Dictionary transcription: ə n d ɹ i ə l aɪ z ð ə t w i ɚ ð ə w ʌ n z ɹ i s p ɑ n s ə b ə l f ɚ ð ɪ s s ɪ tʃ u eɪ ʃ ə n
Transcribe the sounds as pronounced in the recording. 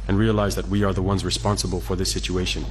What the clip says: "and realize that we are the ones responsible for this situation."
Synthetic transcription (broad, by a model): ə n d ɹ i ə l aɪ z ð ə t w i ɚ ð ə w ʌ n z ɹ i s p ɑ n s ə b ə l f ɚ ð ɪ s s ɪ tʃ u eɪ ʃ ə n